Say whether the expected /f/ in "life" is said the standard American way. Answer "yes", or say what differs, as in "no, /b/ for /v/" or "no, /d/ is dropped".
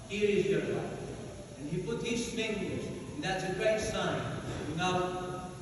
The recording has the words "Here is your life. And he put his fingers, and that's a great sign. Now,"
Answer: no, /f/ is dropped